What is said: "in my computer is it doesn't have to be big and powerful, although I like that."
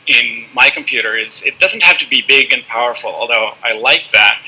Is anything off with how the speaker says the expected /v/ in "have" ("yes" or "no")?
yes